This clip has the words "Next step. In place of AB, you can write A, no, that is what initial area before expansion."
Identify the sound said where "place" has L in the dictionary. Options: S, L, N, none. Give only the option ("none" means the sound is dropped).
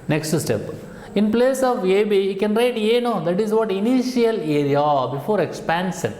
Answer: L